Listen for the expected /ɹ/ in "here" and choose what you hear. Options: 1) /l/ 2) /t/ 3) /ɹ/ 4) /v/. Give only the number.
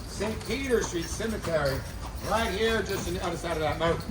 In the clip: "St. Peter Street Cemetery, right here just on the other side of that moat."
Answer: 3